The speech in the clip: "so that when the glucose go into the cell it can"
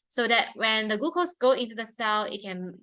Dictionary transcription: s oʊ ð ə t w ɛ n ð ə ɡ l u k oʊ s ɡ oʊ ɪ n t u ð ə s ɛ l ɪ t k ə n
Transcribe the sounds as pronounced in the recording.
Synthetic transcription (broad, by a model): s oʊ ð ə t w ɛ n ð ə ɡ u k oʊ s ɡ oʊ ɪ n t u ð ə s ɛ l ɪ t k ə n